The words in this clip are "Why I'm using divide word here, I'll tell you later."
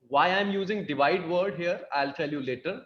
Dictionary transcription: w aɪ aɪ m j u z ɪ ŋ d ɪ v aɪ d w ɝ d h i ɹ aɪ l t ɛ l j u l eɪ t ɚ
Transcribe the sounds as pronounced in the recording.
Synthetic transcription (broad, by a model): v aɪ aɪ m j u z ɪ ŋ d ɪ v aɪ d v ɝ d h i ɹ aɪ l t ɛ l j u l eɪ t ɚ